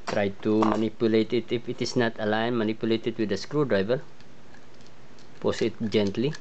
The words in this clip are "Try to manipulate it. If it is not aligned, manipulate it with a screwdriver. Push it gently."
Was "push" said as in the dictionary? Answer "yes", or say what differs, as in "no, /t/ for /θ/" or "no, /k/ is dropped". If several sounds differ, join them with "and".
no, /s/ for /ʃ/